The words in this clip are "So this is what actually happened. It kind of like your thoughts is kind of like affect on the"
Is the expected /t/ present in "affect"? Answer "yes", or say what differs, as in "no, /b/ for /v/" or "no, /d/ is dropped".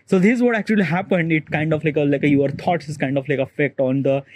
yes